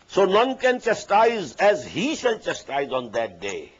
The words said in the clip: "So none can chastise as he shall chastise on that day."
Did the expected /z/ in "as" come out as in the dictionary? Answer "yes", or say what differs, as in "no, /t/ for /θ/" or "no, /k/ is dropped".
yes